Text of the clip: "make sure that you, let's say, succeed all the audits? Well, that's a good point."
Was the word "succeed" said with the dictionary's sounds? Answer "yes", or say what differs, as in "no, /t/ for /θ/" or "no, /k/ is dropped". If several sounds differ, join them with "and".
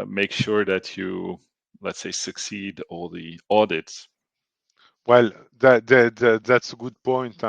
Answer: yes